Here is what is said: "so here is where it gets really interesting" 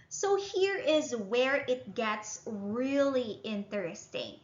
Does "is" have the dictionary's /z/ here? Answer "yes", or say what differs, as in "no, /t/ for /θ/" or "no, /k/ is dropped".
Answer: yes